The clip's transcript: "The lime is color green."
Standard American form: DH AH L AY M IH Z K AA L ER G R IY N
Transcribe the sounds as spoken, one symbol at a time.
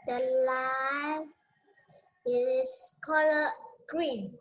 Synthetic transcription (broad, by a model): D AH L AY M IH S K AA L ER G R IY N